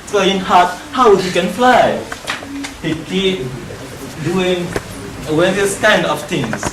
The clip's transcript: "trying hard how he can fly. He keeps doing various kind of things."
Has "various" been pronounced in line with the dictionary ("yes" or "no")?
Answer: no